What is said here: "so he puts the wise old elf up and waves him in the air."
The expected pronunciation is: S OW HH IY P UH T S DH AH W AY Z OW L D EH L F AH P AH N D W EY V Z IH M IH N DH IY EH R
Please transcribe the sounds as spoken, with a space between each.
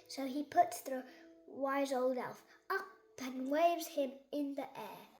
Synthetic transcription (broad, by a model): S OW IY P UH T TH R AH W AY Z OW L D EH L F AH P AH N W EY V Z IH M IH N DH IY EH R